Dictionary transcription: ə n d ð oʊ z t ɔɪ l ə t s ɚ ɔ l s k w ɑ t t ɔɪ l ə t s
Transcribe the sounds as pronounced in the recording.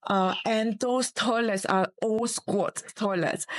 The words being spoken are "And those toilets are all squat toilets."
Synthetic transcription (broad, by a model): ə n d oʊ s t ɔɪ l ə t s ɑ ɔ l s k w ɑ t t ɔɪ l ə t s